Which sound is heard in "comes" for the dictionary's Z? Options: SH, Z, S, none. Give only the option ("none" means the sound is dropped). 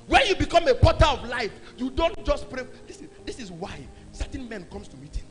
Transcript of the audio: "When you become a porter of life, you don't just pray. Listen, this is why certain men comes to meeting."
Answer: S